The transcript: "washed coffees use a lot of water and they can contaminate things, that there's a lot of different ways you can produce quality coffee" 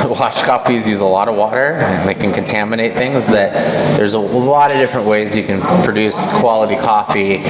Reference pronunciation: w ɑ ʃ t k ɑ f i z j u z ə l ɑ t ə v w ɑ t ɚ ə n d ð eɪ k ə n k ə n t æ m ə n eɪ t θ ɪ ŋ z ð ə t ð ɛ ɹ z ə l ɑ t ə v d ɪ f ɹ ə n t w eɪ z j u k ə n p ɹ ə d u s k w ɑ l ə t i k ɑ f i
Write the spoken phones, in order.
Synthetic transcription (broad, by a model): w ɑ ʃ k ɑ f i z j u z ə l ɑ t ə v w ɑ t ɚ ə n ð eɪ k ə n k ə n t æ m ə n eɪ t θ ɪ ŋ z ð ə t ð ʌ ɹ z ə l ɑ t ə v d ɪ f ɹ ə n t w eɪ z j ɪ k ə n p ɹ ə d u s k w ɑ l ə t i k ɑ f i